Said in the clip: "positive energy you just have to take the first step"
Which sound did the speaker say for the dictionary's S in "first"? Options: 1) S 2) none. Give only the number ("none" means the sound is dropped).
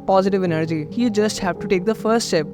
1